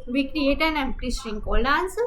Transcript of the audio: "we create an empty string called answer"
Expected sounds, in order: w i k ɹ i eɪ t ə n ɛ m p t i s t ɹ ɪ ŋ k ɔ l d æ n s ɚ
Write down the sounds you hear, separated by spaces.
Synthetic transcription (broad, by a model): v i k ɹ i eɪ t ə n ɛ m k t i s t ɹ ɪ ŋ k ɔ l ɑ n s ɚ